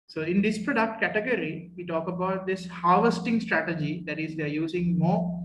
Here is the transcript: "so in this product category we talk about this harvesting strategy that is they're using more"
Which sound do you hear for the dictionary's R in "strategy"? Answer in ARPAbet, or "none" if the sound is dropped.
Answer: R